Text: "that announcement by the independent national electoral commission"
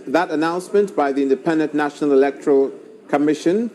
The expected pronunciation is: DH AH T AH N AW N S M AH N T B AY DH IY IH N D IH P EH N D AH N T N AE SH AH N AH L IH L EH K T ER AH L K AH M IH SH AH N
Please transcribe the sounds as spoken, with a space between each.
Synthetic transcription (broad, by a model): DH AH T AH N AW N S M AH N T B AY DH IY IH N D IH P EH N D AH N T N AE SH AH N AH L IH L EH K T ER AH L K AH M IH SH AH N